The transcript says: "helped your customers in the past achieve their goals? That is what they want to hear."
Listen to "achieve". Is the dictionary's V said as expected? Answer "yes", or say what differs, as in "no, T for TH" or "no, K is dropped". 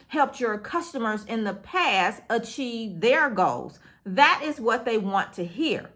yes